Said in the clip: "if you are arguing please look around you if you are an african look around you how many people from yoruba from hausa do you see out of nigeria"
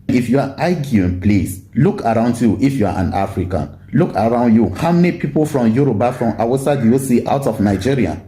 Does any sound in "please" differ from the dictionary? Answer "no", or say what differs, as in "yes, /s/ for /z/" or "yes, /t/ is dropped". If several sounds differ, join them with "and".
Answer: yes, /s/ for /z/